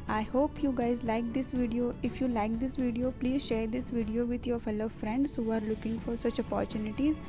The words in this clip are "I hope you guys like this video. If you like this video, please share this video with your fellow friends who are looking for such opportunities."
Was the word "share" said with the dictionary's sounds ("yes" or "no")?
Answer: yes